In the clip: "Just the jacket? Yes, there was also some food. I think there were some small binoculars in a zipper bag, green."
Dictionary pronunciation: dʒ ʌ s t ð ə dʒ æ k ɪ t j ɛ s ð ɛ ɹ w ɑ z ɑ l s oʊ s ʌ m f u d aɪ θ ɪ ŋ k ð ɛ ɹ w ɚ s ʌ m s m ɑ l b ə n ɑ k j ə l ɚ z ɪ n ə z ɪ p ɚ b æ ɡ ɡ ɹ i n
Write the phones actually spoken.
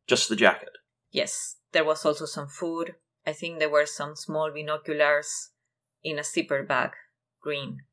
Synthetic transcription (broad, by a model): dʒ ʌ s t ð ə dʒ æ k ɪ t j ɛ s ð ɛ ɹ w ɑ s ɑ l s oʊ s ʌ m f u d aɪ θ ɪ ŋ k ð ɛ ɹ w ɚ s ʌ m s m ɑ l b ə n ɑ k j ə l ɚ s ɪ n ə s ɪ p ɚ b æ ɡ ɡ ɹ i n